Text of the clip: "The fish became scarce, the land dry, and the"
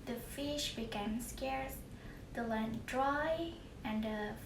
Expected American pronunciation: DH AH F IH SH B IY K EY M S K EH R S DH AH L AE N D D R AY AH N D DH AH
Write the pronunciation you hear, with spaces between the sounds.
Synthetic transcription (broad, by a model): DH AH F IH SH B IY K EY M S K EH R S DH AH L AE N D D R AY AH N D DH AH